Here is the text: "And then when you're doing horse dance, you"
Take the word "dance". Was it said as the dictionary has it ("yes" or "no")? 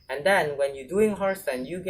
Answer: no